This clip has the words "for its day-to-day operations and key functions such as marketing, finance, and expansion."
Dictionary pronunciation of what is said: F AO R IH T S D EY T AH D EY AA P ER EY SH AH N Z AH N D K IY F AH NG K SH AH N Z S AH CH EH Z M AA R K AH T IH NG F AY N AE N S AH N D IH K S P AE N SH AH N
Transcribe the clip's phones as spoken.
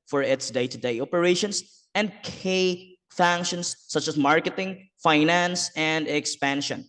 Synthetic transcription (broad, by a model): F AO R IH T S D EY T AH D EY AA P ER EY SH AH N S AH N D K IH F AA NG K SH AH N S AH CH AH S M AA R K AH T IH NG F AY N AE N S AH N D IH K S P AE N SH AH N